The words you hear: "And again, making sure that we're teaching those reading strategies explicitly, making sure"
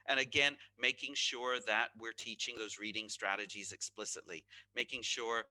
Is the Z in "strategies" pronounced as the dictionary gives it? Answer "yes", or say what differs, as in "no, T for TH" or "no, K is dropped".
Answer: yes